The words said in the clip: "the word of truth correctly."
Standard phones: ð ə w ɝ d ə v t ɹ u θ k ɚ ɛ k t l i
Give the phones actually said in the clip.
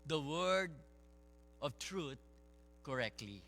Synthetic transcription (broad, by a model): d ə w ɝ d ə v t ɹ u t k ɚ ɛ k t l i